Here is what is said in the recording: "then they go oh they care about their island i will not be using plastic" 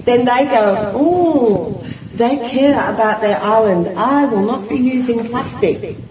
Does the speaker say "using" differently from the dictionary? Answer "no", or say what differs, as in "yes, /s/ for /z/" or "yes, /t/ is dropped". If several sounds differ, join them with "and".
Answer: no